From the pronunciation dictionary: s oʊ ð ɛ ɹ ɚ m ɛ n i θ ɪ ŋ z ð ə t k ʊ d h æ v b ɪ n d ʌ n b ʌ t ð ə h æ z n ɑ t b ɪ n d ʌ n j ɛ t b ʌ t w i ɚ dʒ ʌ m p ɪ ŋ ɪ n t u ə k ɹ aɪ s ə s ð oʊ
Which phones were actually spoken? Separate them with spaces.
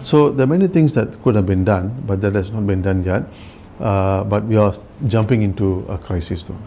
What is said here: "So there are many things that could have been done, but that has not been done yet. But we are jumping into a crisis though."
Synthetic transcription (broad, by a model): s oʊ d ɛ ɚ m ɛ n i t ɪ ŋ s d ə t k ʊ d h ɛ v b ɪ n d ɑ n b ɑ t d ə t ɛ s n ɑ t b ɪ n d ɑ n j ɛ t b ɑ t w i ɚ dʒ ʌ m p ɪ ŋ ɪ n t u ə k ɹ aɪ s ə s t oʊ